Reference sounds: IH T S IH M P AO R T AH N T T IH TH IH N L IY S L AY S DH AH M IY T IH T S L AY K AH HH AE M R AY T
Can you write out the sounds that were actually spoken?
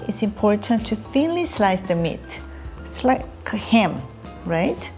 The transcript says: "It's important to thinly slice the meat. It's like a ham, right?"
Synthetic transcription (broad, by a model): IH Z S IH M P AO R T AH N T T IH TH IH N L IY S L AY S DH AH M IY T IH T S L AY K HH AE M R AY T